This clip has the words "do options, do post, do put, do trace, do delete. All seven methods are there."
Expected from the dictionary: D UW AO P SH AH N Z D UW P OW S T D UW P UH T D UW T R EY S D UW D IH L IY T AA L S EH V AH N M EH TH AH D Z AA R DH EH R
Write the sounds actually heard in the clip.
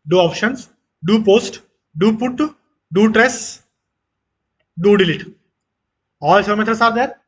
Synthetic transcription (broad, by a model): D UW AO P SH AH N S D UW P OW S T D UW P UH T D UW T R EY S D UW D IH L IY T AA L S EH AH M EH T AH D S AA R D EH R